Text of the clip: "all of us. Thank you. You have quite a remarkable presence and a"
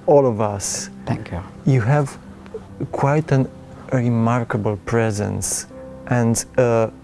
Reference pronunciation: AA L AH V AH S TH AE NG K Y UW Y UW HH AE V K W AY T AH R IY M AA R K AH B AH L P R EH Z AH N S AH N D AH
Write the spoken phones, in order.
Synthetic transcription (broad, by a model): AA L AH V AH S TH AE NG K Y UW Y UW HH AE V K W AY T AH R IY M AA R K AH B AH L P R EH Z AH N S AH N D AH